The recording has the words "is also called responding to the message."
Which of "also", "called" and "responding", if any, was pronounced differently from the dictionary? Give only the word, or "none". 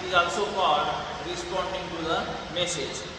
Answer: called